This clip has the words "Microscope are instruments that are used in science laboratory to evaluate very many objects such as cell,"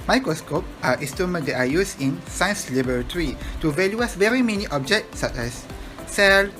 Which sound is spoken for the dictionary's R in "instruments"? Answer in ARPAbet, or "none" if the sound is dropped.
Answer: none